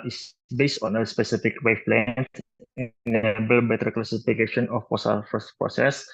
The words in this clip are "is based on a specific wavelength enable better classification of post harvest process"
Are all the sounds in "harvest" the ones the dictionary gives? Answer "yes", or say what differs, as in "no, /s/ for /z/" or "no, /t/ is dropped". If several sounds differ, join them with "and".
no, /v/ is dropped